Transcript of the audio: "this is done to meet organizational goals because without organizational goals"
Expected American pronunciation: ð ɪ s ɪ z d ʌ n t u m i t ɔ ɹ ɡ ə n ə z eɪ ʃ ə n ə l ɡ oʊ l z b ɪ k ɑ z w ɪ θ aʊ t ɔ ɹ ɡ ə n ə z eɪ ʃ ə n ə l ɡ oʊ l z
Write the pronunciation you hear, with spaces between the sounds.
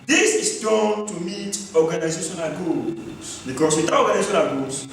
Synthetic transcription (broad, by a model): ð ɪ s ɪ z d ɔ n t u m i t ɔ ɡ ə n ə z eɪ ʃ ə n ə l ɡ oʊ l s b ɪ k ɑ s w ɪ t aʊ ɔ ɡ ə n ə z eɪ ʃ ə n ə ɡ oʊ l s